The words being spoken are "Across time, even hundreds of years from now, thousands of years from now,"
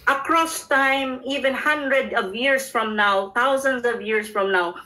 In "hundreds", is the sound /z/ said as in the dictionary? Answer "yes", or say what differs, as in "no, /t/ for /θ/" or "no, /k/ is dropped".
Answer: no, /z/ is dropped